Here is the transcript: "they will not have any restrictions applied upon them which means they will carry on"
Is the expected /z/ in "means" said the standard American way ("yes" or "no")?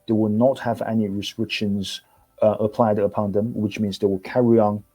yes